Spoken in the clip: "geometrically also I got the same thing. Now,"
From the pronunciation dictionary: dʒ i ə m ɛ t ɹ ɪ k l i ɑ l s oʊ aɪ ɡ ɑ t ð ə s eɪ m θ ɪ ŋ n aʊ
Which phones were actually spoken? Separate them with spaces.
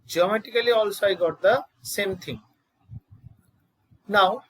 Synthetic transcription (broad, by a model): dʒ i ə m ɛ t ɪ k l i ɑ l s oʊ aɪ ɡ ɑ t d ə s eɪ m t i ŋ n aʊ